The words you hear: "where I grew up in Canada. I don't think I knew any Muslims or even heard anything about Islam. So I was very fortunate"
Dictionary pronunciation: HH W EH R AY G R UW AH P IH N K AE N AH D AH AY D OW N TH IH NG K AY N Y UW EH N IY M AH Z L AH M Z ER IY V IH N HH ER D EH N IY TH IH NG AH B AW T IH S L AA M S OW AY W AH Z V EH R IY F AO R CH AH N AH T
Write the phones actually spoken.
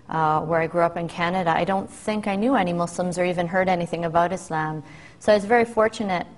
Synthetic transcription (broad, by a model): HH W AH R AY G R UW AH P IH N K AE N AH D AH AY D OW N TH IH NG K AY N Y UW EH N IY M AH S L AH M Z ER IY V IH N HH ER D EH N IY TH IH NG AH B AW T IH S L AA M S OW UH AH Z V EH R IY F AO R CH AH N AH T